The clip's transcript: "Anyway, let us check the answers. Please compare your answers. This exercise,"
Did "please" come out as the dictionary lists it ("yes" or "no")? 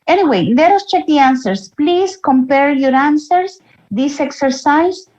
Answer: no